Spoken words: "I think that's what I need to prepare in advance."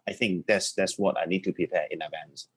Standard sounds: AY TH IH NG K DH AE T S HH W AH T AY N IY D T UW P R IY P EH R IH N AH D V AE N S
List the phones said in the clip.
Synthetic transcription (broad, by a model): AY TH IH NG K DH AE T S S W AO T AY N IY D T UW P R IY P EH IH N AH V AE N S